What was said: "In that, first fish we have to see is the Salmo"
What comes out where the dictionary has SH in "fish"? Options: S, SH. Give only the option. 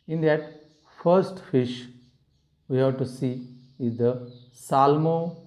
SH